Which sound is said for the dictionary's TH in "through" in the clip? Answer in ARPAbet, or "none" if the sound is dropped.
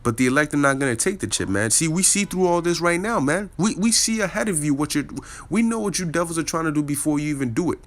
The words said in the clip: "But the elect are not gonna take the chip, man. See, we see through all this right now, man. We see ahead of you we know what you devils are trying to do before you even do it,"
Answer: TH